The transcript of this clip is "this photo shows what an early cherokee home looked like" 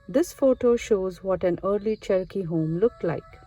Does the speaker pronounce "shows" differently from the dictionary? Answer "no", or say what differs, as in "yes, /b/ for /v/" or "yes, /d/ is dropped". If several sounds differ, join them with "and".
no